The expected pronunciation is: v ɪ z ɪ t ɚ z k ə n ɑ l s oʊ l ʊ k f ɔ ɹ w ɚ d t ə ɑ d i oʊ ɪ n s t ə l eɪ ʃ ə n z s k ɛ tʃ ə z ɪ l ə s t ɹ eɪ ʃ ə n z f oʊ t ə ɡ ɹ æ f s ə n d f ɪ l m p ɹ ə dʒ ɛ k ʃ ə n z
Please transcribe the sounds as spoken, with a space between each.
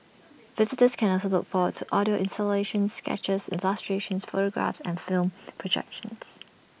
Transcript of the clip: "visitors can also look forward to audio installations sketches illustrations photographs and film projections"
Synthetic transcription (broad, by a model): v ɪ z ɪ t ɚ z k ə n ɑ l s oʊ l ʊ k f ɔ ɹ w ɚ d t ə ɑ d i oʊ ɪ n s t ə l eɪ ʃ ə n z s k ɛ tʃ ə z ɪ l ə s t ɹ eɪ ʃ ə n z f oʊ t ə ɡ ɹ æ f s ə n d f ɪ l m p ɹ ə dʒ ɛ k ʃ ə n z